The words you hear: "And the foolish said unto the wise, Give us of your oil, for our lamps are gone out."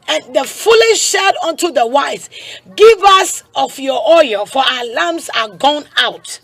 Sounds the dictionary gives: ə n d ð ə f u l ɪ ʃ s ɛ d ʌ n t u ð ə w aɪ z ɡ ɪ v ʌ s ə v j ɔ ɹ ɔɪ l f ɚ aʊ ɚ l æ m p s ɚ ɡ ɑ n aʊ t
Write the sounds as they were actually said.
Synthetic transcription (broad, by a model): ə n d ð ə f u l ɪ ʃ ʃ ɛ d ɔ n t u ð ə w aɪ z ɡ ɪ v ʌ s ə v j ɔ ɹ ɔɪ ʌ f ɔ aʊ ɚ l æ m s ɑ ɡ ɑ n aʊ t